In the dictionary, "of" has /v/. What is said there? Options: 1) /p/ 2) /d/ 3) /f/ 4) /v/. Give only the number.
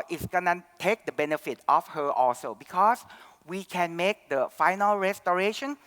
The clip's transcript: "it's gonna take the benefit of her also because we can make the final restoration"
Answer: 3